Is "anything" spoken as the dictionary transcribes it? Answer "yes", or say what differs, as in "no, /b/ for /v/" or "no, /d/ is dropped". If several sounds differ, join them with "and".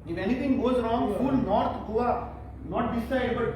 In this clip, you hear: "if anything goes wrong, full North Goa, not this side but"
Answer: no, /t/ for /θ/